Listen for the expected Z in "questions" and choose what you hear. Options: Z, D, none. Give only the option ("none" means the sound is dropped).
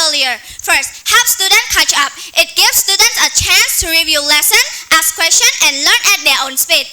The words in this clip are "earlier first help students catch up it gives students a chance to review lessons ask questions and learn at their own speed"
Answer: none